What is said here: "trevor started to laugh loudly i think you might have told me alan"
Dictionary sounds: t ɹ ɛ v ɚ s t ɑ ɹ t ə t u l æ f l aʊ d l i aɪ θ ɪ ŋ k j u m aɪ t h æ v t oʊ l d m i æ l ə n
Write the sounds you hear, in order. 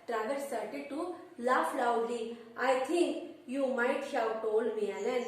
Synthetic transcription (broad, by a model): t ɹ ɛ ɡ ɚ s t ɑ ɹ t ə t u l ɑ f l aʊ d l i aɪ t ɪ ŋ k j u m aɪ t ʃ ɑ w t oʊ l m i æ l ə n